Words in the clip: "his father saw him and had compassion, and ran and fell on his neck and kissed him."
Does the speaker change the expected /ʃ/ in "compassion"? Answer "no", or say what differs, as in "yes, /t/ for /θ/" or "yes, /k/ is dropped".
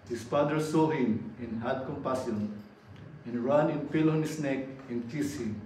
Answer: yes, /s/ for /ʃ/